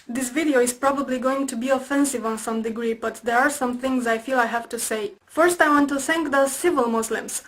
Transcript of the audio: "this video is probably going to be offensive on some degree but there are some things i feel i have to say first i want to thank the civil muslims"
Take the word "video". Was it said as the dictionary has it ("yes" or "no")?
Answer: yes